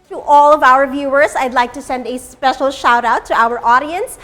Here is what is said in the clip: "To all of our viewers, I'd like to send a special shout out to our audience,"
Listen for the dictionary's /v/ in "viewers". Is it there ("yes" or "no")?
yes